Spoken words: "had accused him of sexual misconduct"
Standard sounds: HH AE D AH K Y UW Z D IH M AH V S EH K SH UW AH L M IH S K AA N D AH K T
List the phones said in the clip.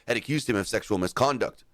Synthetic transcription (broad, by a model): HH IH D AH K Y UW Z D IH M AH V S EH K SH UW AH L M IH S K AA N D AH K T